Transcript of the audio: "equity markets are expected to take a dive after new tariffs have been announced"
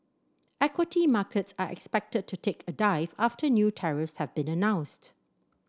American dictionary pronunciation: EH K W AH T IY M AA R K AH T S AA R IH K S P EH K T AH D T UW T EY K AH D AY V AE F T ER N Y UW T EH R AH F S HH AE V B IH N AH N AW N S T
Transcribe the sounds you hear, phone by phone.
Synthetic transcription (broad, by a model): EH K W AH T IY M AA K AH T S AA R IH K S P EH K T AH D T UW T EY K AH D AY V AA F T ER N Y UW T EH R AH F S HH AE V B IH N AH N AW N S T